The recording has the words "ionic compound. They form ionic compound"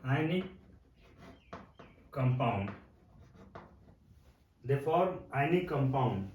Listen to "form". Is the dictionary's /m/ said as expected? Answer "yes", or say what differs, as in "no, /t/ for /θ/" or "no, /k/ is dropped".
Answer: no, /m/ is dropped